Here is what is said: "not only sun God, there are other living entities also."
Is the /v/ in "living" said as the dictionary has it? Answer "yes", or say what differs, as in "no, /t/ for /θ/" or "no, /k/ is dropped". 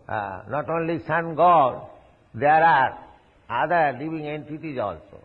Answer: no, /b/ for /v/